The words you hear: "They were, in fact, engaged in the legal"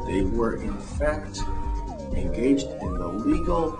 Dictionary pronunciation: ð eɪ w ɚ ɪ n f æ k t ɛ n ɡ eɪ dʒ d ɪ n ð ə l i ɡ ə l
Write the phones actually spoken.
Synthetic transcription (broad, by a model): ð eɪ w ɚ ɪ n f æ k t ɛ n ɡ eɪ dʒ d ɪ n ð ə l i ɡ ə l